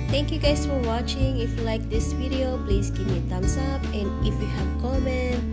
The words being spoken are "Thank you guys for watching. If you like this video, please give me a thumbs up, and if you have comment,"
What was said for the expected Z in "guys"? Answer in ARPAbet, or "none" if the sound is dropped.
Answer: S